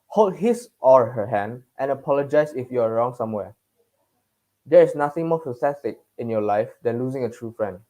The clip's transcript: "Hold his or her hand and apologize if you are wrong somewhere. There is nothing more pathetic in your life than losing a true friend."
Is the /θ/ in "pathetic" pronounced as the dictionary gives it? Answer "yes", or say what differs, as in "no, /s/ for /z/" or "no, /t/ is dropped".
no, /s/ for /θ/